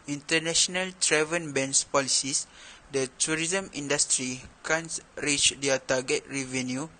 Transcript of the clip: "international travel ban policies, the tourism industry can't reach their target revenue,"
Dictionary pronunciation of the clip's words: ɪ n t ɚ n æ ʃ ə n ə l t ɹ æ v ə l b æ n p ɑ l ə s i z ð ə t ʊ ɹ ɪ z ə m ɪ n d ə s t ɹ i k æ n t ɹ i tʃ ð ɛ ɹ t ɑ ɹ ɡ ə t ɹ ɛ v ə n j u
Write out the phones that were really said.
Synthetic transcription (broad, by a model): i n t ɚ n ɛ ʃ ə n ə l t ɹ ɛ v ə n b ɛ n p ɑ l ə s i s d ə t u ɹ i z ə m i n d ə s t ɹ i k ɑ n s ɹ i tʃ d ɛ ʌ t ɑ ɡ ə t ɹ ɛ v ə n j u